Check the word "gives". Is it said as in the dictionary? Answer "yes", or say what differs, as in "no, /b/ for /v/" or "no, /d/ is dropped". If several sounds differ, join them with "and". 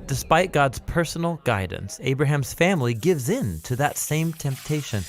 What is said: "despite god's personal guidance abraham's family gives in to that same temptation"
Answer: yes